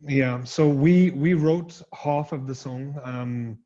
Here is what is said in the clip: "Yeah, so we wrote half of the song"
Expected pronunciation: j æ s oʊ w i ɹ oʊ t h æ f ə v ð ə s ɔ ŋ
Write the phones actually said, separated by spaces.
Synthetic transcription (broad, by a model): j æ s oʊ w i ɹ oʊ t h æ f ə v ð ə s ɔ ŋ